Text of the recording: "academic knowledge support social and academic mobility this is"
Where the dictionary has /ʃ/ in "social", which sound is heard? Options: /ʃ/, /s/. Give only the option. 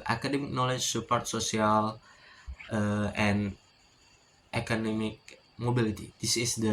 /s/